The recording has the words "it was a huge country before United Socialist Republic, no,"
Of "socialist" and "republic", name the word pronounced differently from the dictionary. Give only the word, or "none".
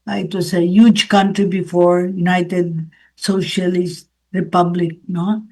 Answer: none